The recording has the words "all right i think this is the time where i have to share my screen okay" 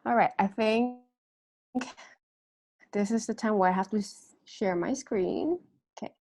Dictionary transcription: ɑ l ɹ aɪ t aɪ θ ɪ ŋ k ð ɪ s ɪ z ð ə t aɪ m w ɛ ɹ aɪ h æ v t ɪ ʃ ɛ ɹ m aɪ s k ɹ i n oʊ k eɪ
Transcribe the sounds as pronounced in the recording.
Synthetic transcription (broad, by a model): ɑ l ɹ aɪ t aɪ θ ɪ ŋ k ð ɪ s ɪ z ð ə t aɪ m w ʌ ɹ aɪ h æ f t ɪ ʃ ɛ ɹ m aɪ s k ɹ i n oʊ k eɪ